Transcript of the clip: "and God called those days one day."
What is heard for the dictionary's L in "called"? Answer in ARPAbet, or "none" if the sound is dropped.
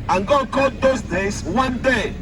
none